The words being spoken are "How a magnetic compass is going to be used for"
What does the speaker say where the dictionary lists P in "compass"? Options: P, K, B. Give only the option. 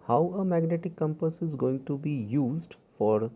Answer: P